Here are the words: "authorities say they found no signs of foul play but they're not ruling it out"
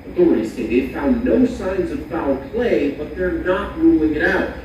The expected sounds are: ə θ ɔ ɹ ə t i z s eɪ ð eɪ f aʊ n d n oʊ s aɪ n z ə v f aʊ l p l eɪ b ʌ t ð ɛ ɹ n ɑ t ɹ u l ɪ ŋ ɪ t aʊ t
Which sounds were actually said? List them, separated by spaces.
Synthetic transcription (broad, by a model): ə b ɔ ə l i s eɪ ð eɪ f aʊ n n oʊ s aɪ n z ə v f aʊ p l eɪ b ʌ t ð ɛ ɹ n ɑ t ɹ u l ɪ ŋ ɪ t aʊ t